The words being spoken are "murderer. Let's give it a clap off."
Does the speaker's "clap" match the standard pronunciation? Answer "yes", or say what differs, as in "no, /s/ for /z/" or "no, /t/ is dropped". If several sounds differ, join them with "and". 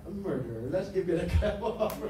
no, /l/ is dropped